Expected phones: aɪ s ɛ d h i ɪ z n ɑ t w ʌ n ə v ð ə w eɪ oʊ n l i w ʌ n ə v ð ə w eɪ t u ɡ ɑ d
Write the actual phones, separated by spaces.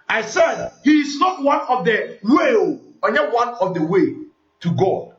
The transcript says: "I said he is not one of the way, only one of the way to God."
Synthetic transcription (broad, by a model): aɪ s ɛ d h i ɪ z n ɑ t w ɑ n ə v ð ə w eɪ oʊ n i w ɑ n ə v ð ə w eɪ t u ɡ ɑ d